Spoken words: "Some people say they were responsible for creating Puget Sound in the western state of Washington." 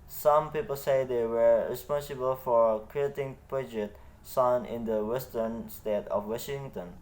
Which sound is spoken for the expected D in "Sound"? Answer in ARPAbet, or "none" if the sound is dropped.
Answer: none